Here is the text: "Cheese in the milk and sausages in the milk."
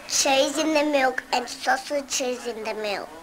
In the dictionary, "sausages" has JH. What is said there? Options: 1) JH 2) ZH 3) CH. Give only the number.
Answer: 3